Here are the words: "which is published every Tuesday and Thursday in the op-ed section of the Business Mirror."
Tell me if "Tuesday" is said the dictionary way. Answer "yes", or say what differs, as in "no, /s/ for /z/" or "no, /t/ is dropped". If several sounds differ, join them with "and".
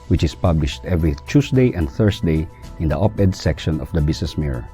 no, /s/ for /z/